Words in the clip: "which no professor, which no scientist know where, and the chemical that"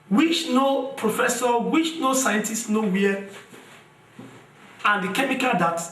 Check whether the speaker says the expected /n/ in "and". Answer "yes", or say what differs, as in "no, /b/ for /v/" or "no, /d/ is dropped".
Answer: yes